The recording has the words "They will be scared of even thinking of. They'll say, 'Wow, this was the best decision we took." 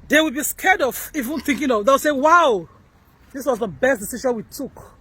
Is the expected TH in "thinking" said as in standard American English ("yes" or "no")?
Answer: yes